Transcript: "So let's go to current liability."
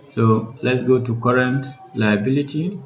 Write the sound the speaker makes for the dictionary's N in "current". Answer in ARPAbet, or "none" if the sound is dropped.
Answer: N